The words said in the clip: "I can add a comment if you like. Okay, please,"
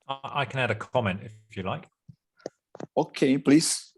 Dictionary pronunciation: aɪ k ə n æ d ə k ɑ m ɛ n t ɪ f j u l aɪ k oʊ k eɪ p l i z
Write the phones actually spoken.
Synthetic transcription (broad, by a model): aɪ k ə n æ d ə k ɑ m ɛ n t ɪ f j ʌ l aɪ k oʊ k eɪ p l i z